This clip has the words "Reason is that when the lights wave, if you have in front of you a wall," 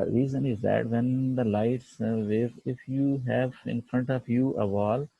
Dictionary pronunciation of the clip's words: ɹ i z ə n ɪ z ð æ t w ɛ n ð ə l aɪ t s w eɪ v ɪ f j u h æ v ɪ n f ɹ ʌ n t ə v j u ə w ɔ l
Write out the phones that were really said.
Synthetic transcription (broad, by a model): ɹ i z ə n ɪ z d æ t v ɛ n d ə l aɪ t s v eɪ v ɪ f j u h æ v ɪ n f ɹ ʌ n t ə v j u ə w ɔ l